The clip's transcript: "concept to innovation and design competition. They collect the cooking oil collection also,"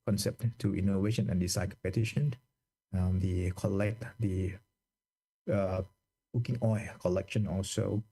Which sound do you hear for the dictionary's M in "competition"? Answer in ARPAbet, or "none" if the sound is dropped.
none